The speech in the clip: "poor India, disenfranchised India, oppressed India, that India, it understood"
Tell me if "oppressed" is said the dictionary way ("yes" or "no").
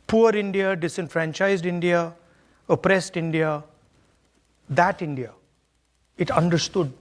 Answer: yes